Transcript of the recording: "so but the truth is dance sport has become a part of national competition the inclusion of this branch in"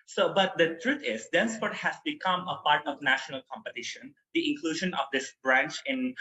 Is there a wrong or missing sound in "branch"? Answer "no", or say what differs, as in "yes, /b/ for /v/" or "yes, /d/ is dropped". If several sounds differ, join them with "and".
no